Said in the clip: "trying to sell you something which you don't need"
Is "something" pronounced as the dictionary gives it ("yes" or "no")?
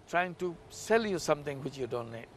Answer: no